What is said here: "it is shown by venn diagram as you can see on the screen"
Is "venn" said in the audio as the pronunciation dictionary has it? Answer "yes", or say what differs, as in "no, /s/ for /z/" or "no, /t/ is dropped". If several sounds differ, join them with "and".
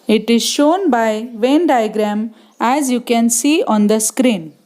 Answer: yes